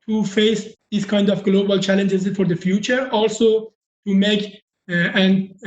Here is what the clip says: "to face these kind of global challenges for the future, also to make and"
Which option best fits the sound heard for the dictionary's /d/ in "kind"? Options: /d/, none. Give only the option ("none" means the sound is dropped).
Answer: /d/